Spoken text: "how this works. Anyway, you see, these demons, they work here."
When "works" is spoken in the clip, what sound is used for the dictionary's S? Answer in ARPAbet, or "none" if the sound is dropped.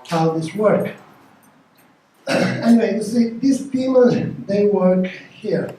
none